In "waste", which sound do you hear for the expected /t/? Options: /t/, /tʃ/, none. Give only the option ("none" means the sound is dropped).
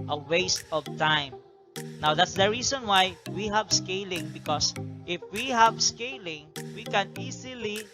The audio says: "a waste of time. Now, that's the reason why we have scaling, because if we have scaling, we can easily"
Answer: /t/